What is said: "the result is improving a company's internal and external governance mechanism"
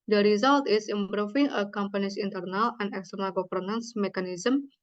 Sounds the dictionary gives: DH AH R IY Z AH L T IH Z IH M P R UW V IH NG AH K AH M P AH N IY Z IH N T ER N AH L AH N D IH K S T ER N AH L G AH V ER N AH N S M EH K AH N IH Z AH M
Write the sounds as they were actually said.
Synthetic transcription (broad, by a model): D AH R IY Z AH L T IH S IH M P R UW F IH NG AH K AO M P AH N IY S IH N T ER N AH L AH N D IH K S T ER N AH L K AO P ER N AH N S M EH K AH N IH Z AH M